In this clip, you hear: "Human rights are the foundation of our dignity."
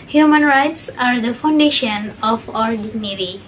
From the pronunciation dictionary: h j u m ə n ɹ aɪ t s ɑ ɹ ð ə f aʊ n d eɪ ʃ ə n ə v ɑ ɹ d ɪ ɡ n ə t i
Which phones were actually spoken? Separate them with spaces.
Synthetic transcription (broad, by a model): h j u m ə n ɹ aɪ t s ɑ ɹ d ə f aʊ n d eɪ ʃ ə n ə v ɑ ɹ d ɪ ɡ n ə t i